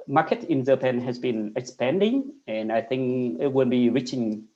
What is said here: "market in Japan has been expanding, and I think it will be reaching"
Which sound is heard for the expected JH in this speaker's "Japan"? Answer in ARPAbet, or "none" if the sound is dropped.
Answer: Z